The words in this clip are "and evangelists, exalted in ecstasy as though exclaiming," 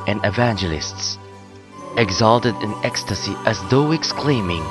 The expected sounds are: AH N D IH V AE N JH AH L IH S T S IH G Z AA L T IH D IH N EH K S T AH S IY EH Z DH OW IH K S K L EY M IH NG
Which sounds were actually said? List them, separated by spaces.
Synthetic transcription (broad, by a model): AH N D IH V AE N JH AH L IH S T S IH G Z AA L T IH D IH N EH K S T AH S IY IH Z DH OW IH K S K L EY M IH NG